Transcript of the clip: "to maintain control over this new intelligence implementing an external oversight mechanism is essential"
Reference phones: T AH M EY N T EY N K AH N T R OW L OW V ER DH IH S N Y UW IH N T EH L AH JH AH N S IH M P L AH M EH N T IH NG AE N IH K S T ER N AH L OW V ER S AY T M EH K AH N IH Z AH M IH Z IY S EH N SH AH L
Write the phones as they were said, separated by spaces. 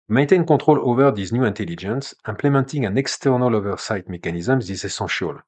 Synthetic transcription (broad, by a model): M EY N T EY N K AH T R OW L OW V ER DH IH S N Y UW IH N T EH L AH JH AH N S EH M P L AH M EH N T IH NG AE N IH K S T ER N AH L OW V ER S AY T M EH K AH N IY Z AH M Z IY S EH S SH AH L